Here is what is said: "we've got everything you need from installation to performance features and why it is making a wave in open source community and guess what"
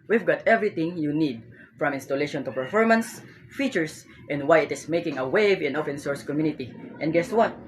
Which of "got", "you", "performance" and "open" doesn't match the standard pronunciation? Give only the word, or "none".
open